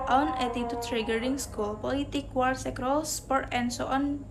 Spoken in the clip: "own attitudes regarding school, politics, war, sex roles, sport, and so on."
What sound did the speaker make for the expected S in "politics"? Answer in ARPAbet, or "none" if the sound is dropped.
none